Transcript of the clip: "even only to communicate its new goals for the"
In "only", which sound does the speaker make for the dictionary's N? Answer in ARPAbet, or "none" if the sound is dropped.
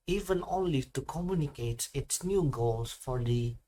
none